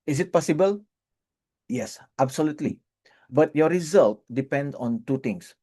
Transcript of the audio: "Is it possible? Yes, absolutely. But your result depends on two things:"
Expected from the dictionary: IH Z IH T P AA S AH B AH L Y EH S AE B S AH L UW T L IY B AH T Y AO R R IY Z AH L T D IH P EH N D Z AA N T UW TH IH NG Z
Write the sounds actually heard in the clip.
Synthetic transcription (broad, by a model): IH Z IH T P AA S AH B AH L Y EH S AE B S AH L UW T L IY B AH T Y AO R R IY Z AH L T D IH P EH N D AA N T UW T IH NG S